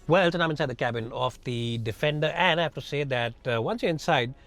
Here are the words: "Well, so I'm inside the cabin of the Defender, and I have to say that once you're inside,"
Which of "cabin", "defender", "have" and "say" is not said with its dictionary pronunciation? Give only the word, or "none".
have